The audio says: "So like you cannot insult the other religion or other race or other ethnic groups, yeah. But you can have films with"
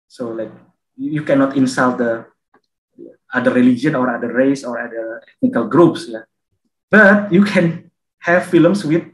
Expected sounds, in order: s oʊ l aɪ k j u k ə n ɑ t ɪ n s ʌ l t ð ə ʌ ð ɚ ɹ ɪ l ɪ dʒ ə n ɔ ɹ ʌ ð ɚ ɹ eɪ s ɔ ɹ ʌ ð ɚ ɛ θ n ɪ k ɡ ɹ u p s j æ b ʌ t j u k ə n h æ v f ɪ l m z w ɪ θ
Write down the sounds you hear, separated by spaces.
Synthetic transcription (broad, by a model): s oʊ l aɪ k j u k ə n ɑ t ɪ n s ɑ l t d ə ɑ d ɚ ɹ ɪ l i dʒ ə n ɔ ɹ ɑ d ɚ ɹ eɪ s ɔ ɹ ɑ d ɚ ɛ t n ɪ k ɡ ɹ u p s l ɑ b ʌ t j u k ə n h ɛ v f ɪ l m s w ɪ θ